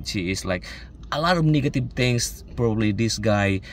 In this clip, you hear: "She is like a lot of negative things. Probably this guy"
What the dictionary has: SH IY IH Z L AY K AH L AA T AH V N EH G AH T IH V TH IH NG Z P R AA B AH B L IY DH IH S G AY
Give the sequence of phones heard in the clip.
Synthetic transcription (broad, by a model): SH IY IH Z L AY K AH L AA T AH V N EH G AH T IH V T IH NG S P R AA B AH B L IY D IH S G AY